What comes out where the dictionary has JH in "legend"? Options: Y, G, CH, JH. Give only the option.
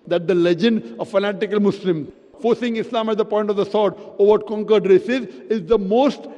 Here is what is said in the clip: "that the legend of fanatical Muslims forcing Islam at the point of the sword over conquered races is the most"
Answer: JH